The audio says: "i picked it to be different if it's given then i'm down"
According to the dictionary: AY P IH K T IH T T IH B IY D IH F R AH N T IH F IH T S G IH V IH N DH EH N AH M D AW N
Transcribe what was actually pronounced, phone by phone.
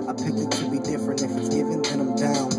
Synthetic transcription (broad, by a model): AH P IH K IH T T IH B IY D IH F R AH N T IH F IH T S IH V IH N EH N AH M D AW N